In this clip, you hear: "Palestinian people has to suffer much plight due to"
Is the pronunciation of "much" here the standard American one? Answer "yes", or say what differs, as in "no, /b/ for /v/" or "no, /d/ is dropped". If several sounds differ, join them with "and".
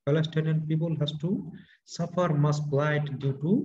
no, /s/ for /tʃ/